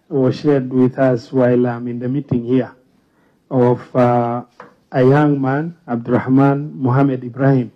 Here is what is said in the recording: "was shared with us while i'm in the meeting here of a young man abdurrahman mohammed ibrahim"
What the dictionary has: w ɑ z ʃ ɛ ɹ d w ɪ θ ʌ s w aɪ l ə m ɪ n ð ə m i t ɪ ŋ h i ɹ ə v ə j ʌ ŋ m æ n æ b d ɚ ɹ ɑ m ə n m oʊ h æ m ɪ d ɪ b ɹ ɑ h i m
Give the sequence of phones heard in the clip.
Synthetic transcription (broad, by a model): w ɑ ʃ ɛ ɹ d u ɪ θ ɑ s w aɪ l ə m ɪ n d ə m i t ɪ ŋ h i w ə f ə j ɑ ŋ m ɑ n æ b d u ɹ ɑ m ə n m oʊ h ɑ m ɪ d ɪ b ɹ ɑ h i m